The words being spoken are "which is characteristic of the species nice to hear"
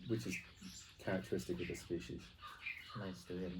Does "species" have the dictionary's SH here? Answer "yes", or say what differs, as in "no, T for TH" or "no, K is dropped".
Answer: yes